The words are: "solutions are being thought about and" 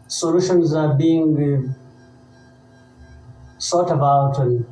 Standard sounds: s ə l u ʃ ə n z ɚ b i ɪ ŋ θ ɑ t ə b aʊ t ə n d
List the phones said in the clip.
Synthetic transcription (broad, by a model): s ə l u ʃ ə n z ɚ b i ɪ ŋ s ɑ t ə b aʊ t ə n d